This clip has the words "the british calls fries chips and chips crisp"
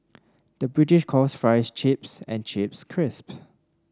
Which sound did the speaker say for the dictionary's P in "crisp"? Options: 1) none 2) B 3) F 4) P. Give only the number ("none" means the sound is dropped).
4